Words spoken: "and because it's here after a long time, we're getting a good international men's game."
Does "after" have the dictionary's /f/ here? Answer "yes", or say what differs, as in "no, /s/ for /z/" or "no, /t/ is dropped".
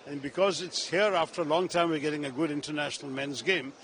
yes